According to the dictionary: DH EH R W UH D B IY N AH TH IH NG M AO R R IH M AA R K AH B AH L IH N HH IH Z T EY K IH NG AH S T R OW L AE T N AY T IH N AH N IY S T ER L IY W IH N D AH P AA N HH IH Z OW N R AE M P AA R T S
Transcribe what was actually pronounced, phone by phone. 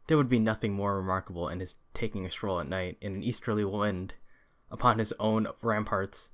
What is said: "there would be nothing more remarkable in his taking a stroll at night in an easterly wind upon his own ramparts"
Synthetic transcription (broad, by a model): DH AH R W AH D B IY N AH TH IH NG M AO R R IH M AA R K AH B L IH N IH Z T EY K IH NG AH S T R OW L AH T N AY T IH N AH N IY S T ER L IY W IH N D AH P AA N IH Z OW N R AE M P AA R T S